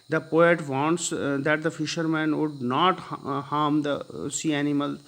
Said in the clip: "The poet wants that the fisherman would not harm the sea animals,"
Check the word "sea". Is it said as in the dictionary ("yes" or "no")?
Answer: yes